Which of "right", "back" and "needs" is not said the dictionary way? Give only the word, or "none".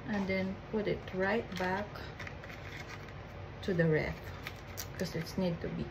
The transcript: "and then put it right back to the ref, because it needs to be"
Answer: needs